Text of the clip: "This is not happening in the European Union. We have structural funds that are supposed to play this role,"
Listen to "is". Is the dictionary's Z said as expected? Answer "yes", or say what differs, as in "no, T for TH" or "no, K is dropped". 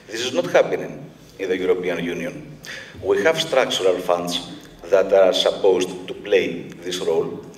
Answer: yes